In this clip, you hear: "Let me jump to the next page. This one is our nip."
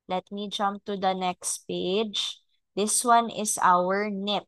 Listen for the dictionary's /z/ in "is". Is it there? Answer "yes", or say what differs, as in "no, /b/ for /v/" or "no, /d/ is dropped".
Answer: no, /s/ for /z/